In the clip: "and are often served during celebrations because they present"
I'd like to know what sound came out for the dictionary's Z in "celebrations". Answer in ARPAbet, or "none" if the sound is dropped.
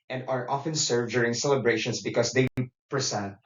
S